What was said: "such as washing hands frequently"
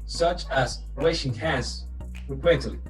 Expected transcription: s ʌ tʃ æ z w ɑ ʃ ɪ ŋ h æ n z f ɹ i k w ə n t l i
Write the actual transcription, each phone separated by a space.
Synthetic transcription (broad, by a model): s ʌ tʃ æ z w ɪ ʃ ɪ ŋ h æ z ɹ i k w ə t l